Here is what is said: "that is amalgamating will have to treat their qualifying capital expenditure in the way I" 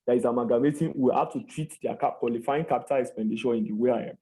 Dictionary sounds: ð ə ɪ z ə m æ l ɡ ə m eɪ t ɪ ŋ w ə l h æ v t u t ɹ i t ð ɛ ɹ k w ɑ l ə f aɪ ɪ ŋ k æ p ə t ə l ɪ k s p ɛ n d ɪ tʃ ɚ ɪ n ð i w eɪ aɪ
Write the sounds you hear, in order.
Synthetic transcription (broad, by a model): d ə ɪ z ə m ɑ ɡ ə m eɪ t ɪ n w ə l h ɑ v t u t ɹ i t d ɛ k k w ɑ l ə f aɪ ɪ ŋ k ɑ p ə t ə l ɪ k s p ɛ n d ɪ ʃ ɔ ɪ n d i w eɪ aɪ